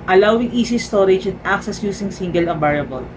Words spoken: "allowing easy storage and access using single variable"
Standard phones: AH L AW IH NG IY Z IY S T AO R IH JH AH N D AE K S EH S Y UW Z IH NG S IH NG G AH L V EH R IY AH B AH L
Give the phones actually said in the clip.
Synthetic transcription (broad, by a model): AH L AW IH NG IY S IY S T AO R IH JH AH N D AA K S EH S Y UW S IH NG S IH NG G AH L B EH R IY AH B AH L